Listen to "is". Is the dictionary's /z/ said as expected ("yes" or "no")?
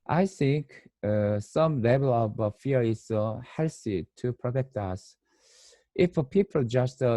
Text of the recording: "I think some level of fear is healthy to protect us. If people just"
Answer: no